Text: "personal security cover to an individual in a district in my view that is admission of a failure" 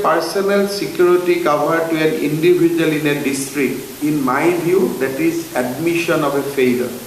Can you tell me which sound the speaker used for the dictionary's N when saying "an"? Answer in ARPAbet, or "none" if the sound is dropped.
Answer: N